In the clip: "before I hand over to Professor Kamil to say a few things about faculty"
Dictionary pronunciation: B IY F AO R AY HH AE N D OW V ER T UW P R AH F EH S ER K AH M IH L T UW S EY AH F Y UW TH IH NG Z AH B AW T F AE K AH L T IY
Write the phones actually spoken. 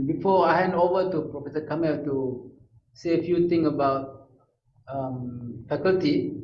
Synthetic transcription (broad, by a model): B IY F AO AY HH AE N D OW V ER T UW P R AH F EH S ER K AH M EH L T UW S EY AH F Y UW T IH NG AH B AW T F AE K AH L T IY